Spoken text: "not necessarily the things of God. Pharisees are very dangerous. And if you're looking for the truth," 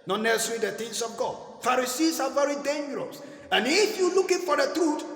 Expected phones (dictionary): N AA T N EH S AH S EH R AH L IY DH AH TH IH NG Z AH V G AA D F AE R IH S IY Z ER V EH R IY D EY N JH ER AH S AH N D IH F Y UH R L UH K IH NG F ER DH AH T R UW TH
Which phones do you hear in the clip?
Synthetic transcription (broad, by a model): N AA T N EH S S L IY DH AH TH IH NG S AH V G AA D F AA R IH S IY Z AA V EH R IY D EY N JH ER AH S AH N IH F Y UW L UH K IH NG F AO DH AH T R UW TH